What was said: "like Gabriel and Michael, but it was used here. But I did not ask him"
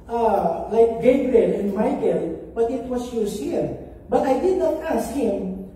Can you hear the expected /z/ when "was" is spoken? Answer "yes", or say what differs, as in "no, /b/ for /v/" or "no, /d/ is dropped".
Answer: no, /s/ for /z/